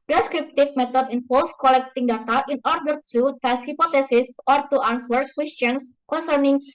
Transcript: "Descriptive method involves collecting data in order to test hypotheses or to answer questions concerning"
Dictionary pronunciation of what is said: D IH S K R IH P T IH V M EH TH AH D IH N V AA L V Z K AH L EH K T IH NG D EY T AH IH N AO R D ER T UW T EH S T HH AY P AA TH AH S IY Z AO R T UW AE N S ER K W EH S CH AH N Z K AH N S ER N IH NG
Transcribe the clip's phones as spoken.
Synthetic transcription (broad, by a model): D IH S K R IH P T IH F M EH T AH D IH N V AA L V K AH L EH K T IH NG D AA T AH IH N AO R D ER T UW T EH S HH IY P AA T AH S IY S AO R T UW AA N S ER K W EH S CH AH N S K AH N S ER N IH NG